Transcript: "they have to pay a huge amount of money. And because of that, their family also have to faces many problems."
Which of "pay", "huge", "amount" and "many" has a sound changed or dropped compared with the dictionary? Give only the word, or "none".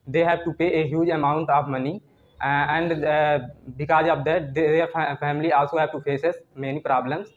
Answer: none